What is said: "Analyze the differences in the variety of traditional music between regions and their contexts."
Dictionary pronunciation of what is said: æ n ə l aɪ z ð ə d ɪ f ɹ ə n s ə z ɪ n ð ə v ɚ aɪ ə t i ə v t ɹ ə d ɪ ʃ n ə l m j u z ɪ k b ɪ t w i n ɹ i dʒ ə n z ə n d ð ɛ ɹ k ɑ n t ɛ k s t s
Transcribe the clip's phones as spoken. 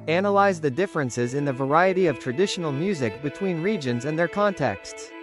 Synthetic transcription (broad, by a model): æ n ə l aɪ z ð ə d ɪ f ɹ ə n s ə z ɪ n ð ə v ɚ aɪ ə t i ə v t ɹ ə d ɪ ʃ n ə l m j u z ɪ k b ɪ t w i n ɹ i dʒ ə n z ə n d ð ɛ ɹ k ɑ n t ɛ k s t s